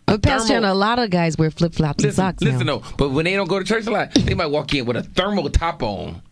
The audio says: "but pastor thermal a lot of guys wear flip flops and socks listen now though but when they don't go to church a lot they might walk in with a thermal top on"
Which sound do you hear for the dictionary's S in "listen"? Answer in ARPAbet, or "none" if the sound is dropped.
none